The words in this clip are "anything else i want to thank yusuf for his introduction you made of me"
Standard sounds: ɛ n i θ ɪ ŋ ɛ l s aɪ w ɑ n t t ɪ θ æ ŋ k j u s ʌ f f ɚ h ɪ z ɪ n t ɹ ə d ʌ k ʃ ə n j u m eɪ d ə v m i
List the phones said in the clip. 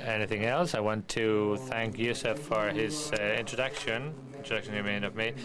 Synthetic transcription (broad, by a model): ɛ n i θ ɪ ŋ ɛ l s aɪ w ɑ n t t ɪ θ æ ŋ k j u s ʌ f f ɚ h ɪ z ɪ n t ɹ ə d ʌ k ʃ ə n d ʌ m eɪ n ə v m i